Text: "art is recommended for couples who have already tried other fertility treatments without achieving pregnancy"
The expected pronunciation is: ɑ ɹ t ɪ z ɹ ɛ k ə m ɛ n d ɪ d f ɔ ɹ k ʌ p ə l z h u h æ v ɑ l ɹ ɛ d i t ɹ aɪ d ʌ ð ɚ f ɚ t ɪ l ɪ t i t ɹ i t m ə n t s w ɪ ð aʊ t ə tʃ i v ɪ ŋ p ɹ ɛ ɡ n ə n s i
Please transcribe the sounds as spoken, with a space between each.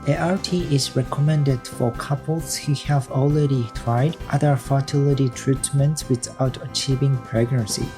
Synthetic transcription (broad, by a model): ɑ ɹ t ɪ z ɹ ɛ k ə m ɛ n d ɪ d f ɔ ɹ k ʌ p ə l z h u h æ v ɑ l ɹ ɛ d i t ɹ aɪ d ʌ ð ɚ f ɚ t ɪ l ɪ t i t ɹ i t m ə n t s w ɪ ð aʊ t ə tʃ i v ɪ ŋ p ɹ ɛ ɡ n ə n s i